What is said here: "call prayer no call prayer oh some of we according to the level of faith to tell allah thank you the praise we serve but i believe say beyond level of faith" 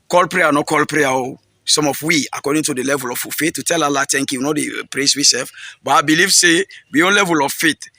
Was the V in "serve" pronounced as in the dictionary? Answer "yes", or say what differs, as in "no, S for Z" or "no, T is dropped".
no, F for V